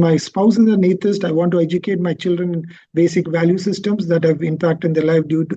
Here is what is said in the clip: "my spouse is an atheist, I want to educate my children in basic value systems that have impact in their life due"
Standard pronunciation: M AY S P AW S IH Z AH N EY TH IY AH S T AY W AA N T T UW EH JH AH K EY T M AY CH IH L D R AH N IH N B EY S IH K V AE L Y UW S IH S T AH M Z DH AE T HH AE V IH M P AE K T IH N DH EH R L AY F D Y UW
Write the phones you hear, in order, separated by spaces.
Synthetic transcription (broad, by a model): M AY S P AW S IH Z AH N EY T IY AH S T AY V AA N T T UW EH JH AH K EY T M AY CH IH L D R AH N IH N B EY S IH K V AE L Y UW S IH S T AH M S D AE T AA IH V IH M P AE K T IH N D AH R L AY F D Y UW